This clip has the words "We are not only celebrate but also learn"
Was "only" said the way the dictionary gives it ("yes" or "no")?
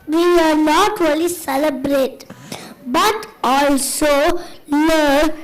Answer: no